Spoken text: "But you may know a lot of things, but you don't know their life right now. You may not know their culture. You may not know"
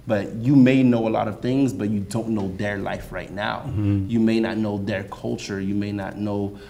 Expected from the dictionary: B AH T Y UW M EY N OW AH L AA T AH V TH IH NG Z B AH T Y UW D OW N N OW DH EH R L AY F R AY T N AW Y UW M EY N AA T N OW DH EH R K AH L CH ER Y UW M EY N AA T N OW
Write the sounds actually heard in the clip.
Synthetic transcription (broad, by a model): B AH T Y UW M EY N OW AH L AA T AH V TH IH NG Z B AH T Y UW D OW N N OW DH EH R L AY F R AY T N AW Y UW M EY N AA T N OW DH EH R K AH L CH ER Y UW M EY N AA T N OW